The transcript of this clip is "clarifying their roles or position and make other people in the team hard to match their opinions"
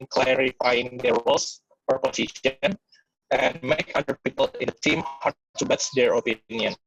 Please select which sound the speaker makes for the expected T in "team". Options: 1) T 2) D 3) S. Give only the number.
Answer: 1